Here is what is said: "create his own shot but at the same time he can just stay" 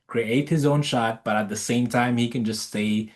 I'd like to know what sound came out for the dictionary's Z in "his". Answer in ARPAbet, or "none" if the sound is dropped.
Z